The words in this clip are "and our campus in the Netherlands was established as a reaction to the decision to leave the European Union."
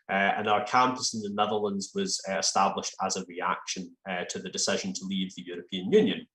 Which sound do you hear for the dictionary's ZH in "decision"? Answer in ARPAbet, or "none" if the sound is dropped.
ZH